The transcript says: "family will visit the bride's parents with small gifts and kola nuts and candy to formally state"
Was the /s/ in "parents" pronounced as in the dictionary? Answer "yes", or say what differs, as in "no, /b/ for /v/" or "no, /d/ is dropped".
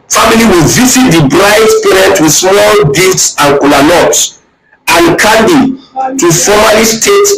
no, /s/ is dropped